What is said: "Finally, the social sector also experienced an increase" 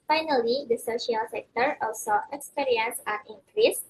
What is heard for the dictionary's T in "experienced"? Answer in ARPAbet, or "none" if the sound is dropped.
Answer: none